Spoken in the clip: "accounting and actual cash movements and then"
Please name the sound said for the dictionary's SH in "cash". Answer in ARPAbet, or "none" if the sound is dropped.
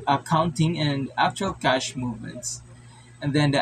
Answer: SH